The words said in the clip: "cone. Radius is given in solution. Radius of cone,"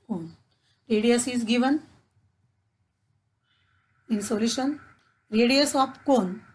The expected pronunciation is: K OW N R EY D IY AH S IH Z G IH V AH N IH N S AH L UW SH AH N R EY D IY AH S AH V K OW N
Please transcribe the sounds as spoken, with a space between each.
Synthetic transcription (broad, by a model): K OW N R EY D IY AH S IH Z G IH V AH N IH N S AH L UW SH AH N R EY D IY AH S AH P K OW N